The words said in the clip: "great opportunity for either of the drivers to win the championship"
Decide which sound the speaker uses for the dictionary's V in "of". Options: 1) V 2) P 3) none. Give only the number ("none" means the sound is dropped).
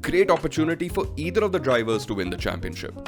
1